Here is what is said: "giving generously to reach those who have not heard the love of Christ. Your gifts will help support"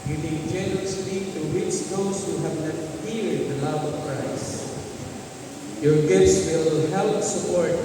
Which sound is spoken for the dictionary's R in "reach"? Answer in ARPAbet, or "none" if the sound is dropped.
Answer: W